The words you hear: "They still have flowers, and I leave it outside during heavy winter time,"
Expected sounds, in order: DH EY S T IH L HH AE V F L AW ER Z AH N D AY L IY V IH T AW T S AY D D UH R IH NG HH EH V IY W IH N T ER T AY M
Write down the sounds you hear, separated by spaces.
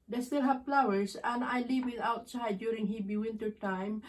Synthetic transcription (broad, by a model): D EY S T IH L HH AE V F L AW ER S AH N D AY L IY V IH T AW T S AY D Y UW R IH NG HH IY B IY W IH N T ER T AY M